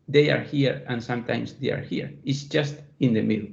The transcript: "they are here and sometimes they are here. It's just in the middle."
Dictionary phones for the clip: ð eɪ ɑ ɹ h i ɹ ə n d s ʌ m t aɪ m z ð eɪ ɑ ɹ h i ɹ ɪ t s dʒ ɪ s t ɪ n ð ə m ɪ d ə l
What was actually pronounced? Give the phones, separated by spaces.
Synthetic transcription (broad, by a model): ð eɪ ɑ ɹ h i ɹ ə n s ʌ m t aɪ m s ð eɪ ɑ ɹ h i ɹ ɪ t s dʒ ɪ s t ɪ n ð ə m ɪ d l